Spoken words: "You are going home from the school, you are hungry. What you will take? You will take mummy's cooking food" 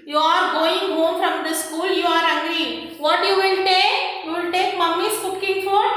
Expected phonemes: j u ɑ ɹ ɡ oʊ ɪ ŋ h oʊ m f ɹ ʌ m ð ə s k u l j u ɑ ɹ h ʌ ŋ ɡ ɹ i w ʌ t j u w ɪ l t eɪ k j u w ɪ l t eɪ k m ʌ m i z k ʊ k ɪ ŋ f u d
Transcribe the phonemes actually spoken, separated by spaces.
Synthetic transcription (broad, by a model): j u ɑ ɹ ɡ oʊ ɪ ŋ h oʊ m f ɹ ʌ m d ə s k u l j u ɑ ɹ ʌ ɡ ɹ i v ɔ t j u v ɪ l t eɪ k j u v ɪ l t eɪ k m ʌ m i s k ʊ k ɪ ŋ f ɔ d